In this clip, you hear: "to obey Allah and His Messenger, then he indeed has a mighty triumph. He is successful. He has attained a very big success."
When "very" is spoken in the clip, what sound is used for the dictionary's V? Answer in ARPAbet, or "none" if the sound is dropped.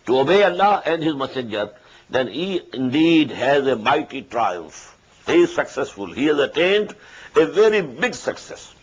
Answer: V